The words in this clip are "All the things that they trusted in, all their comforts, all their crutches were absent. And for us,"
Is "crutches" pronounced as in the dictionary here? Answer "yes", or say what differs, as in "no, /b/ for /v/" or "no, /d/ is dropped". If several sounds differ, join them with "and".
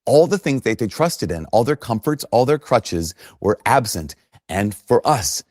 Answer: yes